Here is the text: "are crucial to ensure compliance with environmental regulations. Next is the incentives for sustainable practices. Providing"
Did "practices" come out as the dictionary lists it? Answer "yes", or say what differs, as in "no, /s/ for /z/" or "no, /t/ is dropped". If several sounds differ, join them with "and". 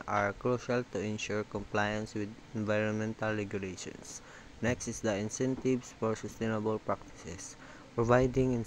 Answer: no, /s/ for /z/